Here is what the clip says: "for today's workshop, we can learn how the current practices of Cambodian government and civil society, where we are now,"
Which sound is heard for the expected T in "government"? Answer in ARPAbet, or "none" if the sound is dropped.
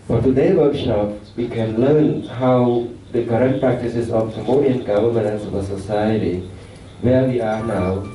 none